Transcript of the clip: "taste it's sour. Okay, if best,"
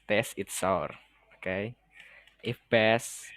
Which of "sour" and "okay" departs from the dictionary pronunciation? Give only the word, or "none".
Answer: none